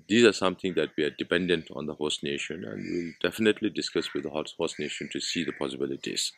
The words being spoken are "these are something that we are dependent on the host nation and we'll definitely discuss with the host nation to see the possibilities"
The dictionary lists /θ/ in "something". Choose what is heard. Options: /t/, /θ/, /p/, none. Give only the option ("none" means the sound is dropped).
/t/